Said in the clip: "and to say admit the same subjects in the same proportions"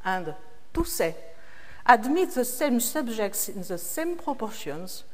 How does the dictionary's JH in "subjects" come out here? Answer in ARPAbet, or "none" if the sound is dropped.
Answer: ZH